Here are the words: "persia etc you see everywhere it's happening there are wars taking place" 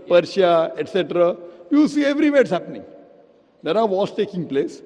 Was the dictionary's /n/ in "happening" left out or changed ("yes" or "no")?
no